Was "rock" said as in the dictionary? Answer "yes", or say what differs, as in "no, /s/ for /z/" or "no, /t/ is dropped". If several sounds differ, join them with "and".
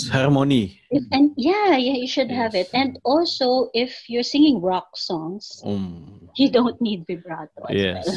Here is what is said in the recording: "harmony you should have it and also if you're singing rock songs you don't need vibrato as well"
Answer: yes